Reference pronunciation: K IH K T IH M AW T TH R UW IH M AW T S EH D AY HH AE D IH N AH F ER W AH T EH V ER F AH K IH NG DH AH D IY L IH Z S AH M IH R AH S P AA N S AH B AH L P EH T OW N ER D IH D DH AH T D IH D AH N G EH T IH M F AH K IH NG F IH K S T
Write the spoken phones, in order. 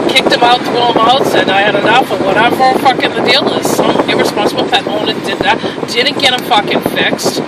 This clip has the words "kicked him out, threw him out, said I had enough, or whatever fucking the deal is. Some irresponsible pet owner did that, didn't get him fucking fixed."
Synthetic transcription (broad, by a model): K IH K T IH M AW T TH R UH IH M AW T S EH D AY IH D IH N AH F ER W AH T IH F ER F AH K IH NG DH AH D IY L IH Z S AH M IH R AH S P AA N S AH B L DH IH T OW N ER D IH D DH AH T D IH D N G EH T IH M F AH K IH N F IH K S T